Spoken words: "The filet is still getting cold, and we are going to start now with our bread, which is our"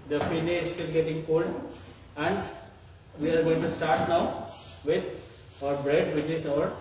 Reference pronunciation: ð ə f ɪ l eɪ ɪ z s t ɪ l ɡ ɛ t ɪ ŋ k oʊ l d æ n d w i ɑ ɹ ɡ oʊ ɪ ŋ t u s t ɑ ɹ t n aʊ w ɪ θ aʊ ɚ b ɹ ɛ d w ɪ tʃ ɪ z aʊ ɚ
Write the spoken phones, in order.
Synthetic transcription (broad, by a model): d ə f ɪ n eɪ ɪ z s t ɪ l ɡ ɛ t ɪ ŋ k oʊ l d æ n d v i ɑ ɹ ɡ oʊ ɪ ŋ t u s t ɑ ɹ t n aʊ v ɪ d aʊ ɚ b ɹ ɛ d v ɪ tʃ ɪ s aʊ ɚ